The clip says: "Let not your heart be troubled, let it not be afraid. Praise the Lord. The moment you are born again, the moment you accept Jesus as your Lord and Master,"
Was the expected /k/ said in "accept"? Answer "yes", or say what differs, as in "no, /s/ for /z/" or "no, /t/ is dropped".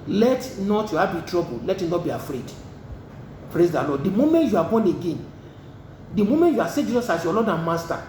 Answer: no, /k/ is dropped